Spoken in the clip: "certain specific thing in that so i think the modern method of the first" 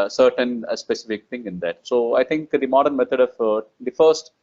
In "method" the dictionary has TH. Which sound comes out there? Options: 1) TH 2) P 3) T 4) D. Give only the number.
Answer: 3